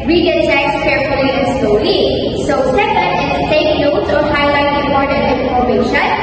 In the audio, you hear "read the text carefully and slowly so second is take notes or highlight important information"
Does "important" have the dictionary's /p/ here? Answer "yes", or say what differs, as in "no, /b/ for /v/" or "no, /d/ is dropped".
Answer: no, /p/ is dropped